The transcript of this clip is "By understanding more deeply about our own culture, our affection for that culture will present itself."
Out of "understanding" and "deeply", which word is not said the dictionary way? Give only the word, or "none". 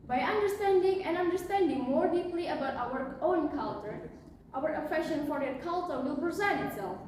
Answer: none